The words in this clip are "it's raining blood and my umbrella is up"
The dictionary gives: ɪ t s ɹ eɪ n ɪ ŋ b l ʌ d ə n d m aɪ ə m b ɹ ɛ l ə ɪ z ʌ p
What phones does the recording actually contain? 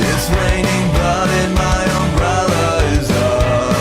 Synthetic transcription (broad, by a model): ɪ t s ɹ eɪ n ɪ ŋ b ʌ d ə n m aɪ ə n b ɹ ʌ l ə ɪ z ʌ